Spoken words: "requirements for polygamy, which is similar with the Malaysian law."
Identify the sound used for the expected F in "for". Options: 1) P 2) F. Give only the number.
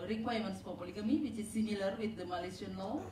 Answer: 1